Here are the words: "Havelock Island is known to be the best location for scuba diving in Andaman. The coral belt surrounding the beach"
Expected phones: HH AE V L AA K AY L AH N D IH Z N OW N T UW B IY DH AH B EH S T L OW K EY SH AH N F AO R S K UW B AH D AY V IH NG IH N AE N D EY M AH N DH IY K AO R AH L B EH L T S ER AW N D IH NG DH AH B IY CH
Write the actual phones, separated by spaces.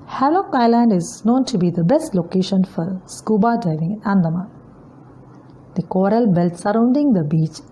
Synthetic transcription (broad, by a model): HH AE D L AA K AY L AH N D IH Z N OW N T UW B IY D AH B EH S T L OW K EY SH AH N F AO R S K UW B AH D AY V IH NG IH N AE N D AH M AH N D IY K AO R AH L B EH L T S ER AW N D IH NG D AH B IY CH